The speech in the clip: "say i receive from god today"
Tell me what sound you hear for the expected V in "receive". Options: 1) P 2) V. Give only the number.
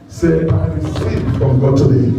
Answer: 1